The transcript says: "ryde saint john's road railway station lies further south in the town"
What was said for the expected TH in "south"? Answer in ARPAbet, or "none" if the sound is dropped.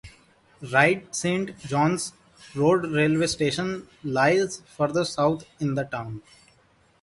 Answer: T